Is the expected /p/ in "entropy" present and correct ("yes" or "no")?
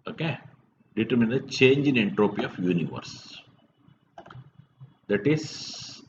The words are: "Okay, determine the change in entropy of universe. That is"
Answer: yes